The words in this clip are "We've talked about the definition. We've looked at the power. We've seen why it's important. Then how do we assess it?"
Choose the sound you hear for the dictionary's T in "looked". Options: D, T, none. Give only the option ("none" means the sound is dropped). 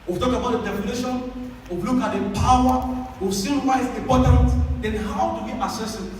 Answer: none